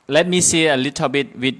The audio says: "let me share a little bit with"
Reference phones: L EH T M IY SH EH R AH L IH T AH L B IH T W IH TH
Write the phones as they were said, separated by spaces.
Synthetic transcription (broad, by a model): L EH T M IY S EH AH L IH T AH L B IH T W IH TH